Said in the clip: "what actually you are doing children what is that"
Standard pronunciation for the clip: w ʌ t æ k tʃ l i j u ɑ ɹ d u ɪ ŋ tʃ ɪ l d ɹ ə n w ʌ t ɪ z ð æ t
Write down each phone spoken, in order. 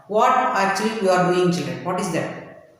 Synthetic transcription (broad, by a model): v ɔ t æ tʃ i j u ɑ ɹ d u ɪ ŋ tʃ ɪ l d ɹ ə n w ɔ t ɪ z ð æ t